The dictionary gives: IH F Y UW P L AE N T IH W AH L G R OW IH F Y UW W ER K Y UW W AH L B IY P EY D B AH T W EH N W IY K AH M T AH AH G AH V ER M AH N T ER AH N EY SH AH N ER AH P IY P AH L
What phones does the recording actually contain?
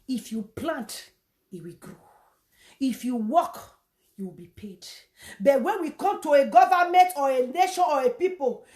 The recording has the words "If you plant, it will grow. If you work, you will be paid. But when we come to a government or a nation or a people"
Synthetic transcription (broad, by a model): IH F Y UW P L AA N T IH W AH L G R OW IH F Y UW W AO K Y UW W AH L B IY P EY D B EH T W EH N W IY K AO M T AH AH G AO V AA M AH N T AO AH N EY SH AH N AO AH P IY P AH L